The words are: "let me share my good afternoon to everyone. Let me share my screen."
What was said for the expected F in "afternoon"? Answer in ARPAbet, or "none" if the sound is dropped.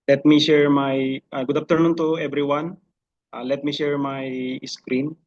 P